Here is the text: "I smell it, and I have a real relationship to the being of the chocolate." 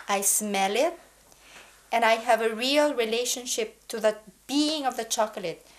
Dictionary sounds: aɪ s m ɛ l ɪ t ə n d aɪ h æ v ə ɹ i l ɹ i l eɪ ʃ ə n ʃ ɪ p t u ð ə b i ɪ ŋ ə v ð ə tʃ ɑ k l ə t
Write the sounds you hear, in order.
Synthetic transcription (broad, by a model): aɪ s m ɛ l ɪ t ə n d aɪ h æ v ə ɹ i l ɹ i l eɪ ʃ ə n ʃ ɪ p t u ð ə b i ɪ ŋ ə v ð ə tʃ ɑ k l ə t